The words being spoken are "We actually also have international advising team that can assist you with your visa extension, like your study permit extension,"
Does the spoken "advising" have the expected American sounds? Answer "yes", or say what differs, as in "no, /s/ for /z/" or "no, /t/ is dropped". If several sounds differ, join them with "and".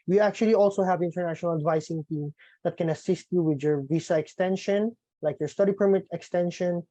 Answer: no, /s/ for /z/